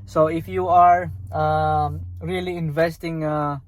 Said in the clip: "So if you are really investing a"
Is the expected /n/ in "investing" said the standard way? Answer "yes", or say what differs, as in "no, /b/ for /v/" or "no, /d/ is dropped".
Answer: yes